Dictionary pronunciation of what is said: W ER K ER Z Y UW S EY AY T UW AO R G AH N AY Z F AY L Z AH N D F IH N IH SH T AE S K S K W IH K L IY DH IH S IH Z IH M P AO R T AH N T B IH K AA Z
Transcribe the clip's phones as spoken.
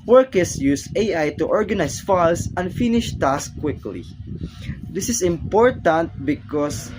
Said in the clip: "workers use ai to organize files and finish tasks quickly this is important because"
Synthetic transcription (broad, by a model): W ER K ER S Y UW S EY AY T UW AO R G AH N AY S F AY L S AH N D F IH N IH SH T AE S S K W IH K L IY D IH S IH S IH M P AO R T AH N T B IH K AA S